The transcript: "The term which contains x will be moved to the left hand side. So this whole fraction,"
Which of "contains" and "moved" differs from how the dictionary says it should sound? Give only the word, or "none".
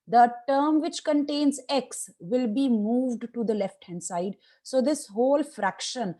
none